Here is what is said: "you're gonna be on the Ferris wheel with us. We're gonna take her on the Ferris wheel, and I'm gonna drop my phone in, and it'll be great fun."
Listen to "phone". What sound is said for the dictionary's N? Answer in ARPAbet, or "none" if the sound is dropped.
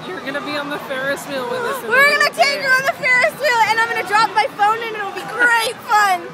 none